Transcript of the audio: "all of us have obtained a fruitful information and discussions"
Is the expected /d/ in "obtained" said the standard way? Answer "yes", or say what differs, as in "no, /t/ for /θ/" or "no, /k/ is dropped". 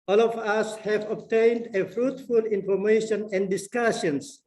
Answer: yes